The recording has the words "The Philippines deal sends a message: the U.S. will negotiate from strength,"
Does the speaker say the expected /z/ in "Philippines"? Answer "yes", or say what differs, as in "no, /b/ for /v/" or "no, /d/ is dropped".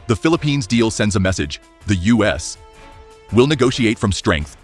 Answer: yes